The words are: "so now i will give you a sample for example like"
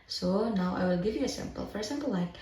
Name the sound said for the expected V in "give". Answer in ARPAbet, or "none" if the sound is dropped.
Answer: V